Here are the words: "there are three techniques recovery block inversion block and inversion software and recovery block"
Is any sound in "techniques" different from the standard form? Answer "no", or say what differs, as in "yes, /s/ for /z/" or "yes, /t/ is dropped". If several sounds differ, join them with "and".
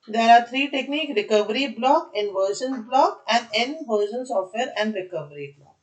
yes, /s/ is dropped